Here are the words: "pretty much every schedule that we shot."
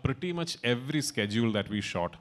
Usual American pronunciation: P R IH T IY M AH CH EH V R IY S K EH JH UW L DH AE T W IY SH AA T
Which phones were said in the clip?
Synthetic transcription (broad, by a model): P R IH T IY M AH CH EH V R IY S K EH JH UW L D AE T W IY SH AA T